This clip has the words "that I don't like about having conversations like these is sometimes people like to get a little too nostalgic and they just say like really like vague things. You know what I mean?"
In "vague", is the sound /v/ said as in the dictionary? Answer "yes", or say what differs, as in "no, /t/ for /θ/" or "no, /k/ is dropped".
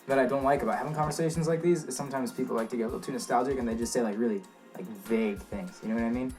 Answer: yes